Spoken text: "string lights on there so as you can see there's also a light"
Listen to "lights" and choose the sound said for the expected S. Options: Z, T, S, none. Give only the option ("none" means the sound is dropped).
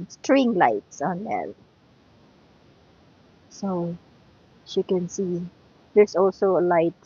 S